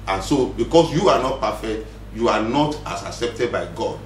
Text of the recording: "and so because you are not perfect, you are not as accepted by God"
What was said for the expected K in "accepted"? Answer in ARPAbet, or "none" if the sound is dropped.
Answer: K